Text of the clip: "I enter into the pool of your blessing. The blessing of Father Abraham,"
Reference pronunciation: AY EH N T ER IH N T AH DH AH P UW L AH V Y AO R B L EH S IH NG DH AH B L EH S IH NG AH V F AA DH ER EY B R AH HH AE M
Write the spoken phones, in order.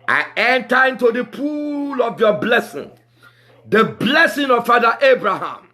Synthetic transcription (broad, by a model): AY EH N T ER IH N T AH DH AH P UW L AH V Y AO B L EH S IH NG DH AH B L EH S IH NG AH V F AA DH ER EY B R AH HH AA M